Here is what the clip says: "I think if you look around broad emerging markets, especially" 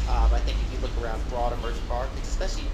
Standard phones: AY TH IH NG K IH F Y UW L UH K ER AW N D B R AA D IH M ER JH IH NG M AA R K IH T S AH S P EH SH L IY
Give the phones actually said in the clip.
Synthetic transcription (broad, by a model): AY TH IH NG K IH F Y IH L UH K ER AW N D B R AA D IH M ER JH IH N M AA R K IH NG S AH S P EH SH L IY